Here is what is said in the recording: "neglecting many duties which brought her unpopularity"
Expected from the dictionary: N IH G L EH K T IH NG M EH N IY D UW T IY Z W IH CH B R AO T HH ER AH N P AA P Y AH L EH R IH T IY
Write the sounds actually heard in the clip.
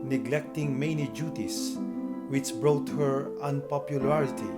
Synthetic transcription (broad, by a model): N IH G L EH K T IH NG M EH N IY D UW T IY S W IH CH B R AO T HH ER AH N P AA P Y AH L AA R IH T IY